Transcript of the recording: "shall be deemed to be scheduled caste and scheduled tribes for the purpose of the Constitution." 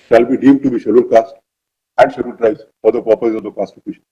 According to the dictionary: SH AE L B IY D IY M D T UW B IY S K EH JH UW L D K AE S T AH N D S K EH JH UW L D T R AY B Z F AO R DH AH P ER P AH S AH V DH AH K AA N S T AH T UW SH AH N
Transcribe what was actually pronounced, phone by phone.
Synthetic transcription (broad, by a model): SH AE L B IY D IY M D T UW B IY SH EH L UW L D K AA S T AH N D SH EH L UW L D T R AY Z F AO R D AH P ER P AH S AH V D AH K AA S T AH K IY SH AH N